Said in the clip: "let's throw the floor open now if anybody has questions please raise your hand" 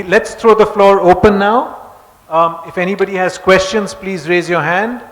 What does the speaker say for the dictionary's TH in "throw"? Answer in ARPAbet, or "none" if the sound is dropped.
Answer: T